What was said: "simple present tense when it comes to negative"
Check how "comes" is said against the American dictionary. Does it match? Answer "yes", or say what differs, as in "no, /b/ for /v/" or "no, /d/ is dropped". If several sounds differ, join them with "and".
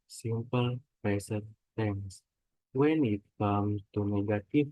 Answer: no, /z/ is dropped